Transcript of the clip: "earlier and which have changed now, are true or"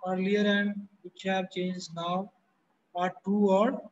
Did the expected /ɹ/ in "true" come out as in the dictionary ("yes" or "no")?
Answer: no